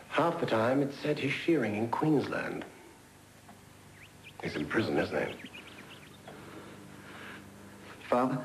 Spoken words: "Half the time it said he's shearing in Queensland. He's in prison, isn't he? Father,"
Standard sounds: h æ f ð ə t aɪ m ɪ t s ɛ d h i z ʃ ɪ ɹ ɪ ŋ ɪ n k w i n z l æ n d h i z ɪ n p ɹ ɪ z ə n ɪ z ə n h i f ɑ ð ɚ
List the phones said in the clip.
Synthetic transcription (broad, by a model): h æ f ð ə t aɪ m ɪ t s ɛ d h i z ʃ ɪ ɹ ɪ ŋ ɪ n k w i n z l æ n d h i z ɪ n p ɹ ɪ z ə n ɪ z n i f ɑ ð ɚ